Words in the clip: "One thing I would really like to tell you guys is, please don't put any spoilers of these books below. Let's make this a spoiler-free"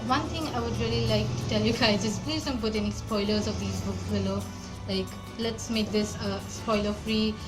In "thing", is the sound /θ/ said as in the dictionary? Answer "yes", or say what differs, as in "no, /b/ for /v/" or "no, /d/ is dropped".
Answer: no, /t/ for /θ/